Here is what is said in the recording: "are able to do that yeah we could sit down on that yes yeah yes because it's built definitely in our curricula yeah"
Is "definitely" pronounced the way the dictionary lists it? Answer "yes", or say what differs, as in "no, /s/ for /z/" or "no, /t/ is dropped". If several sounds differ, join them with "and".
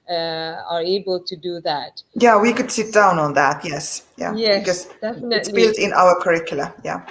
no, /f/ is dropped and /l/ is dropped